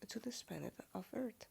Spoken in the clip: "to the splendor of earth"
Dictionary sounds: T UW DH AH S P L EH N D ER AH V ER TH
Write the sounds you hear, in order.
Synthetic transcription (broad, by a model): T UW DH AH S P EH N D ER AH V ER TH